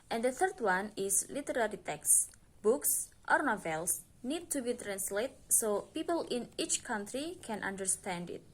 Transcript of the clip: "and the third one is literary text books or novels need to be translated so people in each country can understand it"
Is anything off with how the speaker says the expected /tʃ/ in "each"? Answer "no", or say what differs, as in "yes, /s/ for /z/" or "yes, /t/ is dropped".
no